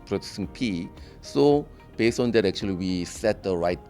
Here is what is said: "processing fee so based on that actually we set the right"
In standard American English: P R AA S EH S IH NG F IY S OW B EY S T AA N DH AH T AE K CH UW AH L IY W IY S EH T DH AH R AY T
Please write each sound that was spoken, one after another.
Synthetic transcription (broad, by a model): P R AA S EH S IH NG P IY S OW B EY S T AA N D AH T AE K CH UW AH L IY W IY S EH T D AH R AY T